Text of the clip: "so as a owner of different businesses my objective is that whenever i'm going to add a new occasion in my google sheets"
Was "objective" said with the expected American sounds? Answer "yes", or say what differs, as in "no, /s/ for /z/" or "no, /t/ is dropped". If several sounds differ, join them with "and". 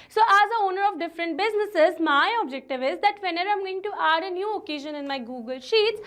yes